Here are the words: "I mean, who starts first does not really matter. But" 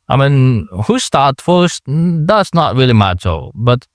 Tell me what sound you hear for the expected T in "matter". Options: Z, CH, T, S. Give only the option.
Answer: S